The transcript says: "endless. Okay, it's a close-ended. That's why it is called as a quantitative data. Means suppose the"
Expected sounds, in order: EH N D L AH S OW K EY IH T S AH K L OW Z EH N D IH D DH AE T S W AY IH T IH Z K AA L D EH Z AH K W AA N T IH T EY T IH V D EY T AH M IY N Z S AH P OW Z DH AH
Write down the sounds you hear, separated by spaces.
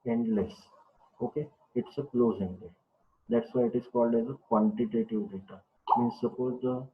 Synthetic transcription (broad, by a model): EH N D L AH S OW K EY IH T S AH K L OW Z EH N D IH D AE T S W AY IH T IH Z K AA L D EH Z AH K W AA N T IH T EY T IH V D EY T AH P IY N S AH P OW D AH